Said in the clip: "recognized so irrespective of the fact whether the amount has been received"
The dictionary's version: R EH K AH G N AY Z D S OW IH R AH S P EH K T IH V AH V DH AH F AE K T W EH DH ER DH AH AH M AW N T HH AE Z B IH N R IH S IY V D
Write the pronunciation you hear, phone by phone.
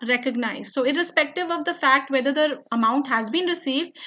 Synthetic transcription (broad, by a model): R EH K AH G N AY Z S OW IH R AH S P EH K T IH V AH V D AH F AE K T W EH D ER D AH AH M AW N T HH AE Z B IH N R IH S IY V D